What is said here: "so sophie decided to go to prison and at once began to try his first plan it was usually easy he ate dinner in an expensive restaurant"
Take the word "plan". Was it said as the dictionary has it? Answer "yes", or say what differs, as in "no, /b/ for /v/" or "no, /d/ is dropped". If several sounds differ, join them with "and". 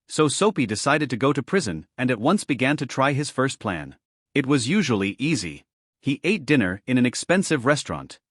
yes